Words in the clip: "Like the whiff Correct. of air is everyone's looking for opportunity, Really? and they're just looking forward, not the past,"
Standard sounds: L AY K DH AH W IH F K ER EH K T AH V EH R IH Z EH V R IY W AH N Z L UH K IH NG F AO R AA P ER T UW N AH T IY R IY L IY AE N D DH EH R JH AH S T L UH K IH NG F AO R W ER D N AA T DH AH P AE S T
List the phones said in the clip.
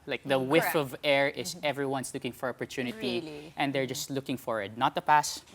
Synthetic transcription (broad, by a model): L AY K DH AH W IH F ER AH V EH R IH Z EH V R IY W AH N S L UH K IH NG F AO R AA P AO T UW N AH T IY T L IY N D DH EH R JH AH S T L UH K IH NG F AO R W ER D N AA T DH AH P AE S